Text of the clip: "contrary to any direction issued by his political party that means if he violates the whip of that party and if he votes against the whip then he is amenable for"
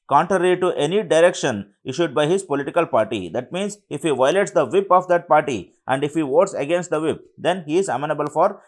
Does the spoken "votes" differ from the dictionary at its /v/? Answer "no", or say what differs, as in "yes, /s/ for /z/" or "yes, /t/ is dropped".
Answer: no